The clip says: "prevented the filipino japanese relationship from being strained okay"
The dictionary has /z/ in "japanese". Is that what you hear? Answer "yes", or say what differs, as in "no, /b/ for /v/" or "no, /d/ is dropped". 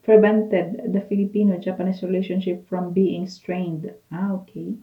no, /s/ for /z/